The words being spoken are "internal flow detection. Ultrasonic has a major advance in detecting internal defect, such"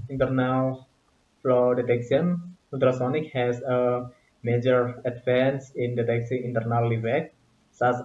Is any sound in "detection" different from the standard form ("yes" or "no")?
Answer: yes